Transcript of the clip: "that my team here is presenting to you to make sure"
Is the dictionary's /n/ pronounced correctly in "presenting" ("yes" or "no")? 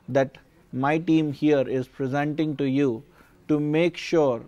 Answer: yes